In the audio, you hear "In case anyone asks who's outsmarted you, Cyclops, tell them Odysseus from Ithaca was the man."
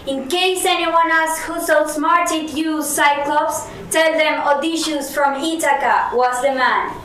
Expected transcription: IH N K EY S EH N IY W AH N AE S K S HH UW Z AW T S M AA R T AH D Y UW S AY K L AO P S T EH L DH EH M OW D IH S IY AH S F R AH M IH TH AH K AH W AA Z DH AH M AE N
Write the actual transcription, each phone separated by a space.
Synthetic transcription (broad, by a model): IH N K EY S EH N IY W AH N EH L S HH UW S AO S M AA R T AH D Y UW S AY K L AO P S T EH L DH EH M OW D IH SH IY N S F R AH M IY T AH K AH W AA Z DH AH M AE N